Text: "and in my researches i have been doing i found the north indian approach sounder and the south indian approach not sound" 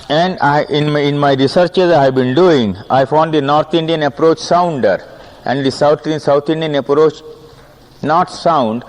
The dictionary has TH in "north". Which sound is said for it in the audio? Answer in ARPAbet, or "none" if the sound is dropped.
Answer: T